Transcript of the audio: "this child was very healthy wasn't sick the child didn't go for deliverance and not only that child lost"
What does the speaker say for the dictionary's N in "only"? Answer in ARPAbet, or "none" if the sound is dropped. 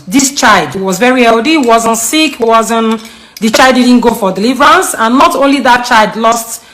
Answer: N